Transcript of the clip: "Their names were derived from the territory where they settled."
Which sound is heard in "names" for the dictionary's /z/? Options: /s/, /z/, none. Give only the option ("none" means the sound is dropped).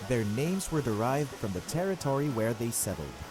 /z/